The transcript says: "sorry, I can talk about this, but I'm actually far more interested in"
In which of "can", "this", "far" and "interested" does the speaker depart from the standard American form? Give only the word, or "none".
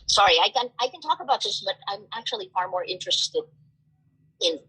interested